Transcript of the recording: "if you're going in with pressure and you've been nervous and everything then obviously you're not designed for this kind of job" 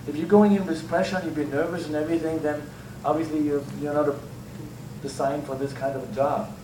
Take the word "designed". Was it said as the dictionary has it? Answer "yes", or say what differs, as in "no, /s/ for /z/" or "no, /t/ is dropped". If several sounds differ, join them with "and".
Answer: no, /s/ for /z/